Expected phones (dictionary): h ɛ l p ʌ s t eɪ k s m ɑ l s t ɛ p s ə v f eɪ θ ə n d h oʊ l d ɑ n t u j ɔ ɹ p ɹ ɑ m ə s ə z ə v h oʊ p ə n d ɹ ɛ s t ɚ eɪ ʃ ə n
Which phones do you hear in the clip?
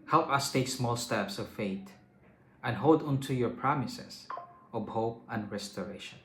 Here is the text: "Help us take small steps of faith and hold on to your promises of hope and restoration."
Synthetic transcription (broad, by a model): h ɛ l p ʌ s t eɪ k s m ɑ l s t ɛ p s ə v f eɪ t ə n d h oʊ l d ɑ n t u j ɔ ɹ p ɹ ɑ m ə s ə s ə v h oʊ p ə n d ɹ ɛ s t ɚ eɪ ʃ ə n